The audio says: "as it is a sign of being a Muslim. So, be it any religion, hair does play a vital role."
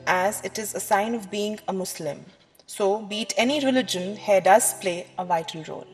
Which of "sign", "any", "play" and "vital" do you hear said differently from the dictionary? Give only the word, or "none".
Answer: vital